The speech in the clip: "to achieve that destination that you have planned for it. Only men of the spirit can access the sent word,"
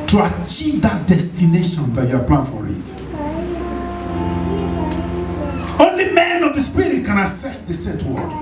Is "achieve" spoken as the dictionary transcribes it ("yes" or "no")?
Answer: yes